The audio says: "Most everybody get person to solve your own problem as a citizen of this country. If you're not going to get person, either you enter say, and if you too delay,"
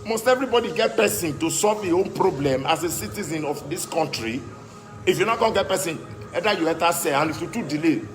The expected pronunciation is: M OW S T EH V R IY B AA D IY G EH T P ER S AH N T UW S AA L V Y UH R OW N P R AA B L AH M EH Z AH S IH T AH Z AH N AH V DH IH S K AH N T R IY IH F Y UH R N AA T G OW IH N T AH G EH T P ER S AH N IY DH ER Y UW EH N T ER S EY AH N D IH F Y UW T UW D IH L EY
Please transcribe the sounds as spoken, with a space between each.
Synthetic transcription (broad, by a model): M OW S T EH V R IY B AA D IY G EH T P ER S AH N T UW S AA L V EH OW N P R AA B L AH M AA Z AH S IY T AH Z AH N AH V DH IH S K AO N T R IY IH F Y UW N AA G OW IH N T G EH T P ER S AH N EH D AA Y UW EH T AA S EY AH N IH F Y UW T UW D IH L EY